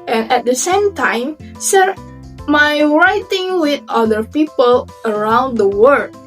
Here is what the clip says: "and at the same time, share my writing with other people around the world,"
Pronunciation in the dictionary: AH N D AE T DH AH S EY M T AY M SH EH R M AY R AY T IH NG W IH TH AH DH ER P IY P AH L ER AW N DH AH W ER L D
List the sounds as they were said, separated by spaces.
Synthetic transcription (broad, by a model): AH N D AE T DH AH S EY M T AY M S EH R M AY R AY T IH NG W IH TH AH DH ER P IY P AH L ER AW N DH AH W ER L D